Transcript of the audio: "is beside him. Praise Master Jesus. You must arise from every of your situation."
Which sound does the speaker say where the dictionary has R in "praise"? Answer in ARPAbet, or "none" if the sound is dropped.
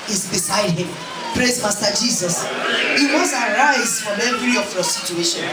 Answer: R